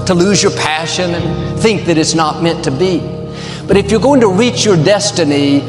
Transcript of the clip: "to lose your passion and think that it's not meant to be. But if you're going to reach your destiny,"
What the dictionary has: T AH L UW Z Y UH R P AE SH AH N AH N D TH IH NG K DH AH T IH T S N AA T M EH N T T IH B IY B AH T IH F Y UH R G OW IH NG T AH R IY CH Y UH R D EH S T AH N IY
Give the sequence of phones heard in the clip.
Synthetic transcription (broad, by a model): T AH L UW Z Y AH R P AE SH AH N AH N TH IH NG K DH AH T IH T S N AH T M EH N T T IH B IY B AH T IH F Y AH R G OW IH NG T AH R IY CH Y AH R D EH S T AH N IY